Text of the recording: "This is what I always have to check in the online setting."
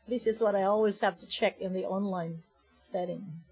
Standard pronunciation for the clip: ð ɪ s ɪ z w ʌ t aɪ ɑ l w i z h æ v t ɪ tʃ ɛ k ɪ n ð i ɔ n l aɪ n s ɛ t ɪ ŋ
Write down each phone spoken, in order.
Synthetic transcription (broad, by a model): ð ɪ s ɪ z w ʌ t aɪ ɑ l w i z h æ f t ɪ tʃ ɛ k ɪ n ð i ɔ n l aɪ n s ɛ t ɪ ŋ